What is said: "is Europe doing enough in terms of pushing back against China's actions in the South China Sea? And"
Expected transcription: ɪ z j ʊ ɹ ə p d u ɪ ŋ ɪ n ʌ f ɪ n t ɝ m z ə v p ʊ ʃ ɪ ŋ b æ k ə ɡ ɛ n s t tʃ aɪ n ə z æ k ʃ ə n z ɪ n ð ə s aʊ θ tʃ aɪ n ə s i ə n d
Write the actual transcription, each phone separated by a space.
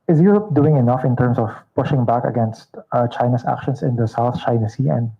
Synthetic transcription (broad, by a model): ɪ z j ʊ ɹ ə p d u ɪ ŋ ɪ n ʌ f ɪ n t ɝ m s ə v p ʊ ʃ ɪ ŋ b æ k ə ɡ ɛ n s t tʃ aɪ n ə s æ k ʃ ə n s ɪ n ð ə s aʊ θ tʃ aɪ n ə s i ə n d